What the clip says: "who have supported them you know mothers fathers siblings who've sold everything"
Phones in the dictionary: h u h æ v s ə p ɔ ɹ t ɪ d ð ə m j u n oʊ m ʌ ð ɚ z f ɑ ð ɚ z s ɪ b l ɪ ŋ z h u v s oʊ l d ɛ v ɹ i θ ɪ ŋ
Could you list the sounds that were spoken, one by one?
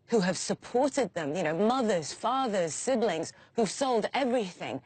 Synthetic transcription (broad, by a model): h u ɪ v s ə p ɔ ɹ t ɪ d ð ə m j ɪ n oʊ m ʌ ð ɚ z f ɑ ð ɚ z s ɪ b l ɪ ŋ z h u v s oʊ l d ɛ v ɹ i θ ɪ ŋ